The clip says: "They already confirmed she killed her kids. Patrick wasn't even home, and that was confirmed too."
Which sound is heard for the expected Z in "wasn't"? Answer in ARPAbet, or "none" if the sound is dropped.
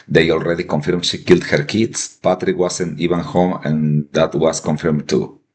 S